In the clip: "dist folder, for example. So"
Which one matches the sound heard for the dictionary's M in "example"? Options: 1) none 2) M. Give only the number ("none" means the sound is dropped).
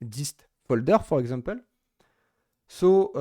1